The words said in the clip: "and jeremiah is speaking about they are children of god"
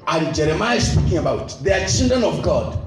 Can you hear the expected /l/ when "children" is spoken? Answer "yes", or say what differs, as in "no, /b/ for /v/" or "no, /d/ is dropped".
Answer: no, /n/ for /l/